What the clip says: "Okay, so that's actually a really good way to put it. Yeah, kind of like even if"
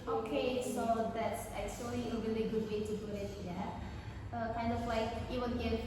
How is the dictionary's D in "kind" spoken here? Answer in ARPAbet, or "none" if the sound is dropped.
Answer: D